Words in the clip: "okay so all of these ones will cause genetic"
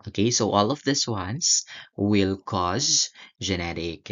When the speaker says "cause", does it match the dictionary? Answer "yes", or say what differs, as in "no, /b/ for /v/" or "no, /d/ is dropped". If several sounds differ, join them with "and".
yes